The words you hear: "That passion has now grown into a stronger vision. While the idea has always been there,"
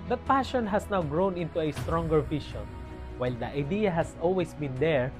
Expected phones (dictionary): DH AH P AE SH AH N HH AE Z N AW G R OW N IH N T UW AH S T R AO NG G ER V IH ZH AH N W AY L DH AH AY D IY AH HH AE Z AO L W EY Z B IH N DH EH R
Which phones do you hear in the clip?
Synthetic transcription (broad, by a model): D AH P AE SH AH N HH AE S N AW G R OW N IH N T UW AH S T R AO NG G ER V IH SH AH N W AY L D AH AY D IY AH HH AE S AO L W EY S B IH N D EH R